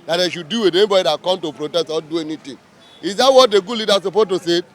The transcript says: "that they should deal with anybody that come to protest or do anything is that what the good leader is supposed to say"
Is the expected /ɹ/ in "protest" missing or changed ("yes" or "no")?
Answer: no